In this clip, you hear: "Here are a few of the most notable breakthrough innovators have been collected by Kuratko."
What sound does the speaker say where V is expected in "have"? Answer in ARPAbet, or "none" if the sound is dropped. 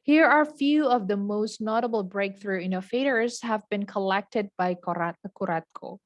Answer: V